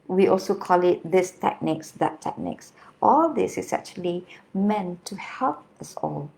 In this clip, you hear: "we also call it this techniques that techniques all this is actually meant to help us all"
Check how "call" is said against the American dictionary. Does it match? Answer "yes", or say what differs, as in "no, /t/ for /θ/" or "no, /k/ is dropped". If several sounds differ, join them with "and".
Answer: yes